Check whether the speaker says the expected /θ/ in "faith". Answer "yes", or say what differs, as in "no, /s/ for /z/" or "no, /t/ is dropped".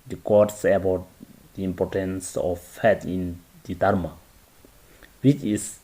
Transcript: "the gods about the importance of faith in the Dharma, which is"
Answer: no, /t/ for /θ/